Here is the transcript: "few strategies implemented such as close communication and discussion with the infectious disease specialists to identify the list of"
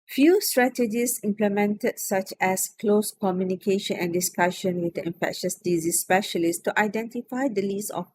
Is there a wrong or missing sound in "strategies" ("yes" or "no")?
yes